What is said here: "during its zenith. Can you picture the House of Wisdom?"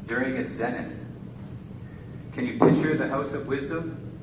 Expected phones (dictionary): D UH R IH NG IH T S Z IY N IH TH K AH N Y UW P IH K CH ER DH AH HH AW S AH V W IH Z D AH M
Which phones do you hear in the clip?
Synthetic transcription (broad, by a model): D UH R IH NG IH T S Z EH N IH T K AH N Y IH P IH K CH ER DH AH HH AW S AH V W IH Z D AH M